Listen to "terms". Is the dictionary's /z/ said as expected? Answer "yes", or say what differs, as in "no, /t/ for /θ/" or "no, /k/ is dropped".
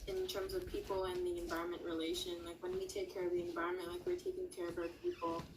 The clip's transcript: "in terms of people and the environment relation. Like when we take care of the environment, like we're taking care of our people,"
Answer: yes